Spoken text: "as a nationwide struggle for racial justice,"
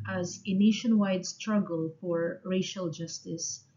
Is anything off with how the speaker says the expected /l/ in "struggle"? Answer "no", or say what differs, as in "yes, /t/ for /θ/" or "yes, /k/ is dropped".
no